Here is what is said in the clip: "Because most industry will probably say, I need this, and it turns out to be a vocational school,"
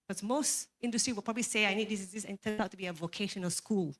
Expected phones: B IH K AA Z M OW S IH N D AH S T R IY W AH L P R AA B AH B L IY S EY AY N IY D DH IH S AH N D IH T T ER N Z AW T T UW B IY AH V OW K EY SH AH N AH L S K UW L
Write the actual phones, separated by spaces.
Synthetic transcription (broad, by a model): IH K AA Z M OW S IH N D AH S T R IY W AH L P R AA B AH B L IY S EY AY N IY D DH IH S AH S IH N T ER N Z AW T T UW B IY AH V OW K EY SH AH N AH L S K UW L